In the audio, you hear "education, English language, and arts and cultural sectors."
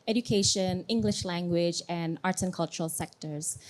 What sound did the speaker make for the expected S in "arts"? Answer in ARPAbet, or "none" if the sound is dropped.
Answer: none